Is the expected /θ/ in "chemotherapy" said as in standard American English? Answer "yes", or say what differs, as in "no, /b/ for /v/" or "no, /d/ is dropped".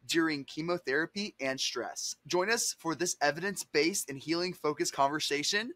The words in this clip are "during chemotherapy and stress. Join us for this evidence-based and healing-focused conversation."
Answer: yes